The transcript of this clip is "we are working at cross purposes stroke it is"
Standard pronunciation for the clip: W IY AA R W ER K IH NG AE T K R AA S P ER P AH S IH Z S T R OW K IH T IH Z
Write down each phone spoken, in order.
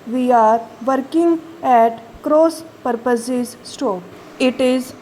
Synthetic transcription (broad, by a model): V IY AA R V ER K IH NG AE T K R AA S P ER P AH S IH Z S T OW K IH T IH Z